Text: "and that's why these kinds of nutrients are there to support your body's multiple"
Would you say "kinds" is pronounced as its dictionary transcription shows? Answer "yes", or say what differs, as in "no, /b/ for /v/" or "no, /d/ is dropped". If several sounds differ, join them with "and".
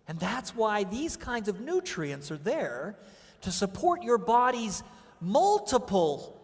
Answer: yes